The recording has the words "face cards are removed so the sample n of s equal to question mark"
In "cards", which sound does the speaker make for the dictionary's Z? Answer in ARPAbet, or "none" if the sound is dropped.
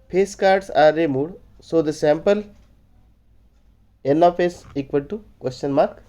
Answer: S